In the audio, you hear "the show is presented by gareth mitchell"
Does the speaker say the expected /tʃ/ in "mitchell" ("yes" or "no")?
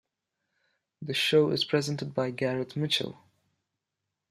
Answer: yes